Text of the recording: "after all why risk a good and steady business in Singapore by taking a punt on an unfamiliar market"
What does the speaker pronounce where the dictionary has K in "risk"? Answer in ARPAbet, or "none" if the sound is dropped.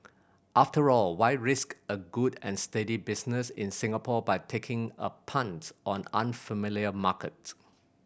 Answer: K